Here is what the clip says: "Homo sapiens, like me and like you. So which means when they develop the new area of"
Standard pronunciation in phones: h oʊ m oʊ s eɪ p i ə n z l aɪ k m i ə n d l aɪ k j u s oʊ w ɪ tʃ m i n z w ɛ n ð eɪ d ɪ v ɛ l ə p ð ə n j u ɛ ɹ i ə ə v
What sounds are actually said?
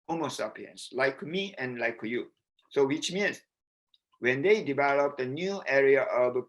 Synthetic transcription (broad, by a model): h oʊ m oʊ s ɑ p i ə n s l aɪ k m i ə n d l aɪ k j u s oʊ w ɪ tʃ m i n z w ɛ n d eɪ d ɪ v ɛ l ə p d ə n j u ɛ ɹ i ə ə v